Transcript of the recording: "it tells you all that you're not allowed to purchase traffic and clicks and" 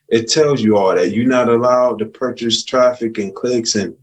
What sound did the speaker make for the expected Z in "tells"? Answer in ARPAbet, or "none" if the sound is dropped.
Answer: Z